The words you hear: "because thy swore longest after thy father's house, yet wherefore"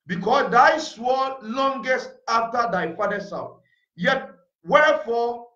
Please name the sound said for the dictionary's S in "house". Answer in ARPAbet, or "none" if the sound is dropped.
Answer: TH